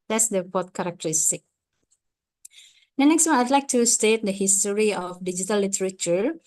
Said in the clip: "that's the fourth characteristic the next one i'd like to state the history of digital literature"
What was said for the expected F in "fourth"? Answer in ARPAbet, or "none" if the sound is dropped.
P